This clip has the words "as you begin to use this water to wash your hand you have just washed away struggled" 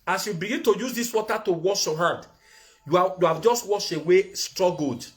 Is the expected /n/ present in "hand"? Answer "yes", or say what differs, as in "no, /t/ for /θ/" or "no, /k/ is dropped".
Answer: no, /n/ is dropped